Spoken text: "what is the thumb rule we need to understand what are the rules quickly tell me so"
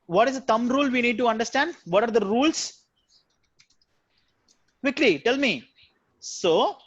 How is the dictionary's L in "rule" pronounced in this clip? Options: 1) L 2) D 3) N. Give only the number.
1